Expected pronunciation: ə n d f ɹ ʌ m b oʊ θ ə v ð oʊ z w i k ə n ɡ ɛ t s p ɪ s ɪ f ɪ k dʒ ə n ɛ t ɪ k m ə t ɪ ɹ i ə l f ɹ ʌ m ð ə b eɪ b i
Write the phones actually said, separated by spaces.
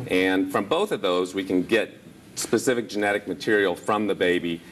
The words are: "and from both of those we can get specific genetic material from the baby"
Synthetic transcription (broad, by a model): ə n f ɹ ʌ m b oʊ θ ə v ð oʊ z w i k ə n ɡ ɛ t s p ɪ s ɪ f ɪ k dʒ ə n ɛ t ɪ k m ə t ɪ ɹ i l f ɹ ʌ m ð ə b eɪ b i